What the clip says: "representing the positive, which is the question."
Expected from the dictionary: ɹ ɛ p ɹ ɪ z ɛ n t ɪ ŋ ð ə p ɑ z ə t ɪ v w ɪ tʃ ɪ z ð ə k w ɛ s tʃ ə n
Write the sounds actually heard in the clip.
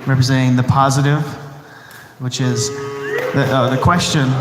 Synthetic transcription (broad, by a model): ɹ ɛ p ɹ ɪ z ɛ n t ɪ ŋ ð ə p ɑ z ə t ɪ v w ɪ tʃ ɪ z ð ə k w ɛ s tʃ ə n